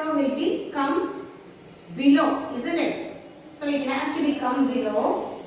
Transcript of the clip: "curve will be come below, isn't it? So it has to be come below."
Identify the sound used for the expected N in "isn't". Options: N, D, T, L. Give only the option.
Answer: N